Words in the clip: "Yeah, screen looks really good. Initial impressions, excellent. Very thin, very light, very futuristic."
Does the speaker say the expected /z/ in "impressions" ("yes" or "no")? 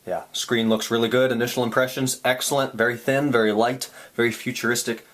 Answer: yes